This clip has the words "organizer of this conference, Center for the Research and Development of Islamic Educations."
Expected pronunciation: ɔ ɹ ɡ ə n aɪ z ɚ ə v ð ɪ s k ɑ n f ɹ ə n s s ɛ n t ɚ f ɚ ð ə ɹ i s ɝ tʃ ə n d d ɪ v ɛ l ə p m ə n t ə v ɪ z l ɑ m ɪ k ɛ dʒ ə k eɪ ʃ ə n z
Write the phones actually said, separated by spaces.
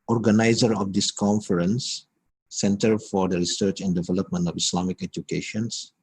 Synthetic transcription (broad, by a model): ɔ ɹ ɡ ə n aɪ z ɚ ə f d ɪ s k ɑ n f ɹ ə n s s ɛ n t ɚ f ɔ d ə ɹ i s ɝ tʃ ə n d d ɪ v ɛ l ə p m ə n t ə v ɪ s l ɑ m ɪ k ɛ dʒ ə k eɪ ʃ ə n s